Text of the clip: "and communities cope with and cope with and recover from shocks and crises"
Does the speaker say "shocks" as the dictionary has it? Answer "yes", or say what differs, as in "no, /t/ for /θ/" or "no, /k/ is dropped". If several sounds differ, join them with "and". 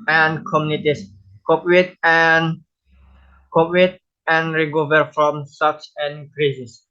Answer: no, /s/ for /ʃ/